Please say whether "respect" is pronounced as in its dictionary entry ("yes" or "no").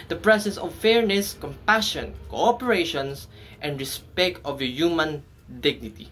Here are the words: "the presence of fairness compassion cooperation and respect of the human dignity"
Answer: yes